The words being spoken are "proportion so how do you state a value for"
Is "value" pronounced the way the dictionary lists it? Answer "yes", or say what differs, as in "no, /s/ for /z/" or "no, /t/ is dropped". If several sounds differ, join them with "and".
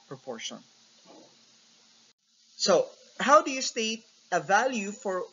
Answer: yes